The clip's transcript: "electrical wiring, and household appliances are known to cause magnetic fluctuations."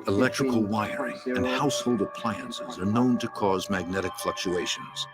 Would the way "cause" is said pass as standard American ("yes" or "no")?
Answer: yes